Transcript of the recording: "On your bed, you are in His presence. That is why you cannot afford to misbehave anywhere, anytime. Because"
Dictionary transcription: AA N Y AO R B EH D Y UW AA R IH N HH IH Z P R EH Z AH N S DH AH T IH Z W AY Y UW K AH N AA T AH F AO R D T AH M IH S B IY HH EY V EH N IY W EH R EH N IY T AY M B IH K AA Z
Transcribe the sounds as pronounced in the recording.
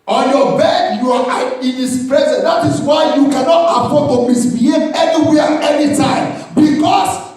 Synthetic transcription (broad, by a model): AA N Y AO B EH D Y UW AA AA IH N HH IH S P R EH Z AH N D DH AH T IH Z W AY Y UW K AH N AA T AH P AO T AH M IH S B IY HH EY EH N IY W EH EH N IY T AY M B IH K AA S